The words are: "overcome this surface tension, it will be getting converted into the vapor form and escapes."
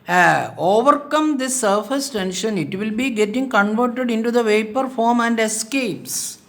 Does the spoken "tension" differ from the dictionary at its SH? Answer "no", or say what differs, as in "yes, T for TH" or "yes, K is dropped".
no